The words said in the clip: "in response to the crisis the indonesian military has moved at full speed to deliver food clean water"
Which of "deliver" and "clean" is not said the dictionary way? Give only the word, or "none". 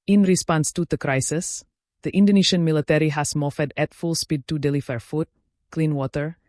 deliver